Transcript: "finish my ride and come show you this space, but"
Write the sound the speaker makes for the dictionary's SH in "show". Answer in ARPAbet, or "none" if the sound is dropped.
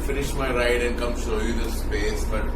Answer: S